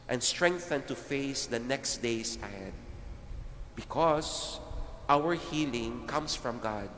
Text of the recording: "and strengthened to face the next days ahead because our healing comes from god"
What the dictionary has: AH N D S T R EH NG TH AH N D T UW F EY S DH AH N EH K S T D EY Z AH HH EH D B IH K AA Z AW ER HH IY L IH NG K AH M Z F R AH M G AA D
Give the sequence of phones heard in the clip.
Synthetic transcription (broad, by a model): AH N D S T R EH NG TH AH N T UW F EY S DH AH N EH K S T D EY S AH HH EH D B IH K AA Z AW ER HH IY L IH NG K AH M S F R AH M G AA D